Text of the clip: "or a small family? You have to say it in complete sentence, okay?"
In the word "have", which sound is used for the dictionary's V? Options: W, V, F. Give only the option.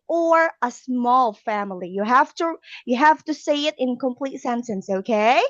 F